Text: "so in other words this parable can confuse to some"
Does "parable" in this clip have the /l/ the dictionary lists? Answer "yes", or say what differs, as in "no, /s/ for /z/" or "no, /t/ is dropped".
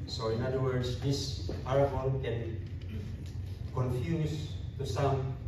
no, /n/ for /l/